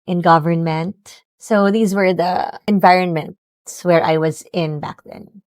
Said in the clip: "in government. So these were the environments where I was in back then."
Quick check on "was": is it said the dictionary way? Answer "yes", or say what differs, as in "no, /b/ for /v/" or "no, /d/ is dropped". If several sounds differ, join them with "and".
yes